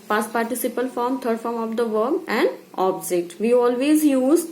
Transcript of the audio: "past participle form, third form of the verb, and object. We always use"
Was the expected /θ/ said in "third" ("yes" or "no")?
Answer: no